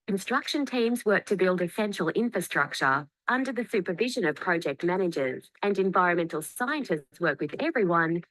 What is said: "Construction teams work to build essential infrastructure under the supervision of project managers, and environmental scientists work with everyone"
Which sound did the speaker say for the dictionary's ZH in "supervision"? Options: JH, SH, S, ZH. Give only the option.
ZH